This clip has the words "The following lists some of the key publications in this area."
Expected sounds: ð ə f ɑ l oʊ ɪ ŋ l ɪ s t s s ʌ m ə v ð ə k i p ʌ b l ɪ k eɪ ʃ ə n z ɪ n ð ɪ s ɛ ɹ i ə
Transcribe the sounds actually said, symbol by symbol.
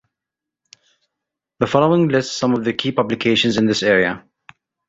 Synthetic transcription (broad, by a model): ð ə f ɑ l oʊ ɪ ŋ l ɪ s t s s ʌ m ə v ð ə k i p ʌ b l ɪ k eɪ ʃ ə n z ɪ n ð ɪ s ɛ ɹ i ə